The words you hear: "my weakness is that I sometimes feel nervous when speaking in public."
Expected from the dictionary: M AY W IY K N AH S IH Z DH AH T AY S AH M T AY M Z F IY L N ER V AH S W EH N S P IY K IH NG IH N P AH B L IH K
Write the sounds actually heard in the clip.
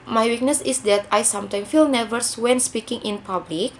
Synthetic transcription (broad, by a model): M AY W IY K N AH S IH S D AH T AY S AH M T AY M F IY L N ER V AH S W EH N S P IY K IH NG IH N P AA B L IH K